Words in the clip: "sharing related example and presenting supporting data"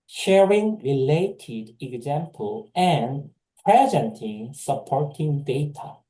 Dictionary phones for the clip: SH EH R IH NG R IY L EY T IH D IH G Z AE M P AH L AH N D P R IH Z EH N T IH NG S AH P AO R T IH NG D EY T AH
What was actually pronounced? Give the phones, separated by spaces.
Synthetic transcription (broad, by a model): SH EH R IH NG R IY L EY T IH D IH G Z AE M P AH L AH N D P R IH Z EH N T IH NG S AH P AO R T IH NG D EY T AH